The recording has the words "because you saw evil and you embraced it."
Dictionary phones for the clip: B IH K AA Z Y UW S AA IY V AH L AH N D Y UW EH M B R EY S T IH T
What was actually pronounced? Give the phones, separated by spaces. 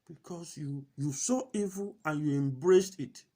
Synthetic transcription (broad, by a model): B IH K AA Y Y UW S AA IY V AH L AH N Y UW EH M B R EY S T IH T